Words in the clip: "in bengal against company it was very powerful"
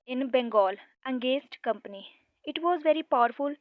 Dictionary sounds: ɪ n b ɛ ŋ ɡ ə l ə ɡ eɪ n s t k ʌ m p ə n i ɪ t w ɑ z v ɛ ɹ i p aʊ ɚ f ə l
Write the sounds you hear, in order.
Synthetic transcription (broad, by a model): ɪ n b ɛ ŋ ɡ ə l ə ɡ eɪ s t k ʌ m p ə n i ɪ t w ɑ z v ɛ ɹ i p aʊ ɚ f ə l